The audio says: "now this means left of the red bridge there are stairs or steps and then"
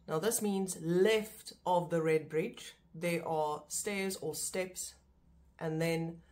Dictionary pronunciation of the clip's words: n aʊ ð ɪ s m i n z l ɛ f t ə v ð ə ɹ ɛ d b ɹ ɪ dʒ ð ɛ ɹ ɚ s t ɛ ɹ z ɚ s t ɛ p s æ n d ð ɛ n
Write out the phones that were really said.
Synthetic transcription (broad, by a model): n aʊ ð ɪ s m i n z l ɛ f t ə v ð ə ɹ ɛ d b ɹ ɪ dʒ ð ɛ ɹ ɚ s t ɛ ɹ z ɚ s t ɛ p s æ n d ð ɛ n